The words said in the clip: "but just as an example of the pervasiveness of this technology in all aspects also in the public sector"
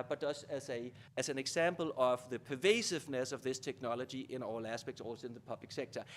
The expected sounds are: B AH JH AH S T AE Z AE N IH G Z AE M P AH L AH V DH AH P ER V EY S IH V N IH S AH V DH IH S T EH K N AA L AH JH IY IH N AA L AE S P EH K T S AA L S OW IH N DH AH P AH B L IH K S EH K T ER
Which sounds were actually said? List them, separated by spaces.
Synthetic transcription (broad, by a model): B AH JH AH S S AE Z AE N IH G S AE M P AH L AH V DH AH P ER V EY S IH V N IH S AH V DH IH S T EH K N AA L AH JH IY IH N AA L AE S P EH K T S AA L S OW IH N DH AH P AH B L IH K S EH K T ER